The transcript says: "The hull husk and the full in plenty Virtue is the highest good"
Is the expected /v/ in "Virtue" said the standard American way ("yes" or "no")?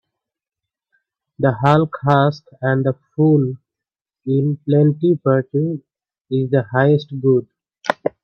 no